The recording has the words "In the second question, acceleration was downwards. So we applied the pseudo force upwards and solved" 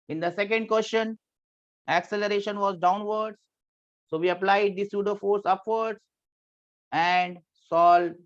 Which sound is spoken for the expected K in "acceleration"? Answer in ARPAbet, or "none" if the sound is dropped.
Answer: K